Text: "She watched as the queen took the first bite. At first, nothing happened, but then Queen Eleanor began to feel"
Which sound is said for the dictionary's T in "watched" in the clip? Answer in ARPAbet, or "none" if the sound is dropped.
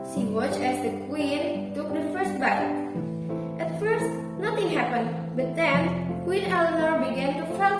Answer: none